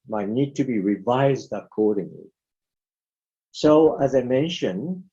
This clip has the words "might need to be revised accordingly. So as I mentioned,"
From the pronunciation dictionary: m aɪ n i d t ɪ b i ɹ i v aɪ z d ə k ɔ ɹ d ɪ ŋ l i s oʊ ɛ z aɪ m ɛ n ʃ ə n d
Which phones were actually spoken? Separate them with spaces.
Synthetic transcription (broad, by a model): m aɪ n i d t ɪ b i ɹ i v aɪ z d ə k ɔ ɹ d ɪ ŋ l i s oʊ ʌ z aɪ m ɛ n ʃ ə n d